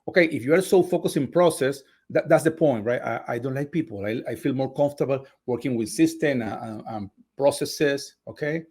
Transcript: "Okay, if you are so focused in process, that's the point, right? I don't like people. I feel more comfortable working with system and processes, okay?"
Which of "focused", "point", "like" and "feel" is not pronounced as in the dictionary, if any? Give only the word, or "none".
focused